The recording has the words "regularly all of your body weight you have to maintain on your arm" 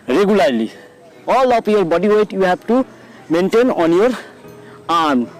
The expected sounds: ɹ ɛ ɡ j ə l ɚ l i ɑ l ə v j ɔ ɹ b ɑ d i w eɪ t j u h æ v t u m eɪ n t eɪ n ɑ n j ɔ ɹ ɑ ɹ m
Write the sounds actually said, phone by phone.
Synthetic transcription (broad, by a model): ɹ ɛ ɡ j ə l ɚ l i ɑ l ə p j ɔ ɹ b ɑ d i w eɪ t j u h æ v t u m eɪ n t eɪ n ɑ n j ɔ ɹ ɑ ɹ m